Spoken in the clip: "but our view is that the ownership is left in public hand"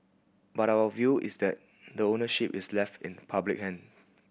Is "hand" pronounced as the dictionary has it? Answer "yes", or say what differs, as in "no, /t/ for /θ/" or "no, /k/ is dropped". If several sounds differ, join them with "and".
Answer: no, /d/ is dropped